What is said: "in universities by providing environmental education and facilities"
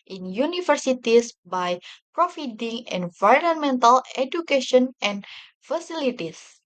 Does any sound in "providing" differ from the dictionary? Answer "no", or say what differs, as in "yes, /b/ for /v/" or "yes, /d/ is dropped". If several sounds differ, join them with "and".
yes, /f/ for /v/